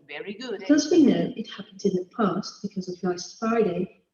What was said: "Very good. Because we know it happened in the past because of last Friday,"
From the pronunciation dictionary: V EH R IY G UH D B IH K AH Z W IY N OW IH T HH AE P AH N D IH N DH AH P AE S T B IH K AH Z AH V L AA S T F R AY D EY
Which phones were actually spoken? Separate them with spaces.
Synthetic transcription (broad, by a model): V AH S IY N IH AH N IH T HH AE P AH N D IH N DH AH P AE S T B IH K AH Z AH V N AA S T F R AY D EY